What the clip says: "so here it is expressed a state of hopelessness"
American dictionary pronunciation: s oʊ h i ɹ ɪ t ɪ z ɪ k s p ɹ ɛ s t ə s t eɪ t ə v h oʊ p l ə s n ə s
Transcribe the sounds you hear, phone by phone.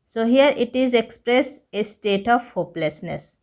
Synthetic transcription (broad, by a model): s oʊ h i ɹ ɪ t ɪ z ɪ k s p ɹ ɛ s ə s t eɪ t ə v h oʊ p l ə s n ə s